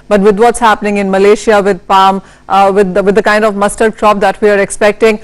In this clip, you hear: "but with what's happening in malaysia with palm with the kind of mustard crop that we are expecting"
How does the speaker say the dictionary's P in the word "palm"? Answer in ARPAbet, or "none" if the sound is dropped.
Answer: P